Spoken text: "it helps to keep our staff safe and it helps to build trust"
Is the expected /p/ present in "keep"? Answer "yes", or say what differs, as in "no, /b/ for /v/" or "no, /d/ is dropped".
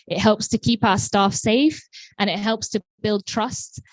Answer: yes